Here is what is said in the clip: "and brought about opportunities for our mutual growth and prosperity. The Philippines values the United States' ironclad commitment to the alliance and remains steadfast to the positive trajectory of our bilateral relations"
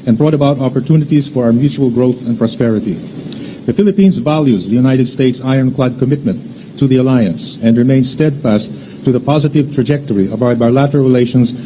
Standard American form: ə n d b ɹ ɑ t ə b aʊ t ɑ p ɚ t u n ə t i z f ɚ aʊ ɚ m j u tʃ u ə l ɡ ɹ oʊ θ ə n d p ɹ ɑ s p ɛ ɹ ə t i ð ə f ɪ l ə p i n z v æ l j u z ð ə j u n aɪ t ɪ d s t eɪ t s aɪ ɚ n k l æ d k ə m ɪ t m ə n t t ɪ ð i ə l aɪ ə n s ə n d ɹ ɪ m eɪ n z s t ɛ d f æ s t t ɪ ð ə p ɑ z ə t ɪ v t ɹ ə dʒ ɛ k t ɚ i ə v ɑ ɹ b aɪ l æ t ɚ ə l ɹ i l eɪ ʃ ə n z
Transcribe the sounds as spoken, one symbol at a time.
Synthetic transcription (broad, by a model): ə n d b ɹ ɑ t ə b aʊ t ɑ p ɚ t u n ə t i z f ɚ aʊ ɚ m j u tʃ u ə l ɡ ɹ oʊ θ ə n p ɹ ɑ s p ɛ ɹ ə t i ð ə f ɪ l ə p i n z v æ l j u z ð ə j u n aɪ t ɪ d s t eɪ t s aɪ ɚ n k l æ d k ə m ɪ t m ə n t t ɪ ð i ə l aɪ ə n s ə n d ɹ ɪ m eɪ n s t ɛ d f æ s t t ɪ ð ə p ɑ z ə t ɪ v t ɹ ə dʒ ɛ k t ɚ i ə b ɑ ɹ b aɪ l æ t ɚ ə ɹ ɹ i l eɪ ʃ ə n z